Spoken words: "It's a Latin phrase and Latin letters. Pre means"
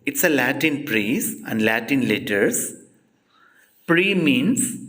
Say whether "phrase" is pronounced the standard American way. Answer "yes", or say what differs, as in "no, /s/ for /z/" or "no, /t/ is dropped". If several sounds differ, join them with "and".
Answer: no, /p/ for /f/